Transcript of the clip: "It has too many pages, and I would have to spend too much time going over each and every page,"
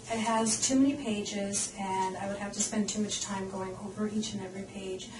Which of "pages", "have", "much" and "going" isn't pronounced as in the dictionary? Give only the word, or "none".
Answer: have